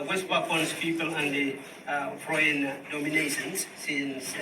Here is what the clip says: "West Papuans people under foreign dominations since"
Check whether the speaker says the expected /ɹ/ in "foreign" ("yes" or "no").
no